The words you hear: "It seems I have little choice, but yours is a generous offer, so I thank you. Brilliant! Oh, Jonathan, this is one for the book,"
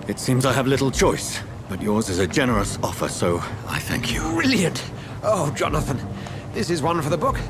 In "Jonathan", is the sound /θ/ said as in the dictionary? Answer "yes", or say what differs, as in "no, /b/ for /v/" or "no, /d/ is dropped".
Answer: yes